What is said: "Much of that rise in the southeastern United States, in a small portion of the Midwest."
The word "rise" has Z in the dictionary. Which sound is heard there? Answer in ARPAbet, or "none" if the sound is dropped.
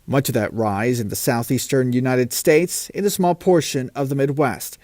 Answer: Z